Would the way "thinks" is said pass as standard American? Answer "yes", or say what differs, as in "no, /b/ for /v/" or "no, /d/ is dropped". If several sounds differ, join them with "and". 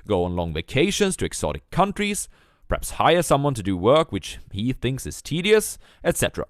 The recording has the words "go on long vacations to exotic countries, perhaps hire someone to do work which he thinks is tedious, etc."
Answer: yes